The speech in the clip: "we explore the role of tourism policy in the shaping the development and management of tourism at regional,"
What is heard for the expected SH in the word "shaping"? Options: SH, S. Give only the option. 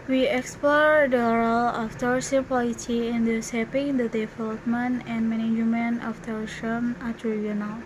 S